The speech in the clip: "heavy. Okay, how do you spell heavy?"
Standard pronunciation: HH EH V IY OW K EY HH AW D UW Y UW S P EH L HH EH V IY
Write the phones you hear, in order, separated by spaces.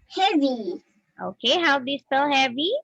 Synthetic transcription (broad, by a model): HH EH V IY OW K EY HH AW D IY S AO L HH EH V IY